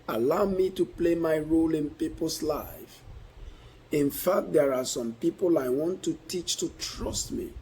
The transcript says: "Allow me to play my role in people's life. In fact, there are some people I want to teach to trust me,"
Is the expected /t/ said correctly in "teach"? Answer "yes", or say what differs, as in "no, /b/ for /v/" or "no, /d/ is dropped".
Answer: yes